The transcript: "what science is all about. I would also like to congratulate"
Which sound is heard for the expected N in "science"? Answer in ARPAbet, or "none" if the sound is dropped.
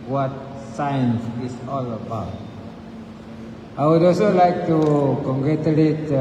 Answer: N